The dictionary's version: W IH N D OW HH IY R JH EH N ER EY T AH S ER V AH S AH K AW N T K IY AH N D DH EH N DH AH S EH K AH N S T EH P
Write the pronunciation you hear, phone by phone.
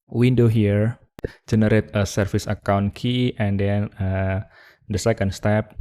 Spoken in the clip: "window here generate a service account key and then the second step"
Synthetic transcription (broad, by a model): W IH N D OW HH IY R JH EH N ER EY T AH S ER F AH S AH K AW N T K IY AH N D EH N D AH S EH K AH N S T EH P